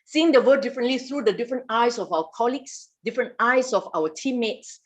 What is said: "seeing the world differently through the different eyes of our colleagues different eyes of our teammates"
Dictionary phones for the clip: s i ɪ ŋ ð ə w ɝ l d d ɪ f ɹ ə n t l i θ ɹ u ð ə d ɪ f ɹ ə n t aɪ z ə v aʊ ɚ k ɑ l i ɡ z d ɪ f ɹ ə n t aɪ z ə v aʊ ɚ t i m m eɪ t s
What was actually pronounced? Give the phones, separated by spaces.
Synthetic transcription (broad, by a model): s i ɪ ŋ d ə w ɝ d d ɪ f ɹ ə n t l i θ ɹ u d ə d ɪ f ɹ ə n t aɪ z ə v aʊ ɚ k ɑ l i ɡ s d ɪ f ɹ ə n t aɪ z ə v aʊ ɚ t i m m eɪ t s